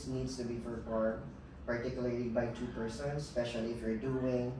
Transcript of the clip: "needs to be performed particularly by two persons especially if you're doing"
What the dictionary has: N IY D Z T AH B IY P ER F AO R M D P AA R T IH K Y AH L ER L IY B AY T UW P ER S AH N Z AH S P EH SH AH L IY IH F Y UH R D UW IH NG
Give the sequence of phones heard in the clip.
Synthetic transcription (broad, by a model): N IY D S T AH B IY F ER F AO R P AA R T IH K Y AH L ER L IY B AY T UW P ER S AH N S S P EH SH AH L IY IH F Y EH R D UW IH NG